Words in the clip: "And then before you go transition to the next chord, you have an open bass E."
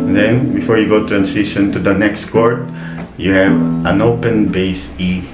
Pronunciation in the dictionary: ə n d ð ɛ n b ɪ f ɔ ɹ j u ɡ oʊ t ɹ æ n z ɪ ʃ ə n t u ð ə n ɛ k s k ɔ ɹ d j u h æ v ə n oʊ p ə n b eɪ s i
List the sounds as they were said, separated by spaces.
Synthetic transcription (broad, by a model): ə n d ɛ n b ɪ f ɔ ɹ j u ɡ oʊ t ɹ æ n s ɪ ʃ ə n t u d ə n ɛ k s k ɔ ɹ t j u h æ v ə n oʊ p ə n b eɪ s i